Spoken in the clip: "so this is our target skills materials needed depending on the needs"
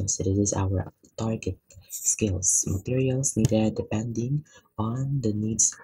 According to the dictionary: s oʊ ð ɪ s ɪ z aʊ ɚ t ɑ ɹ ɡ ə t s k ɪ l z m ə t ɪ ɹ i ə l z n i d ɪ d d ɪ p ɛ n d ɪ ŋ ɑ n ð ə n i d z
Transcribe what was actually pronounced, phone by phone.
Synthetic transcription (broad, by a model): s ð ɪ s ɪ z aʊ ɚ t ɑ ɹ ɡ ə t s k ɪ l s m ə t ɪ ɹ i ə l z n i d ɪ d d ɪ p ɛ n d ɪ ŋ ɑ n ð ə n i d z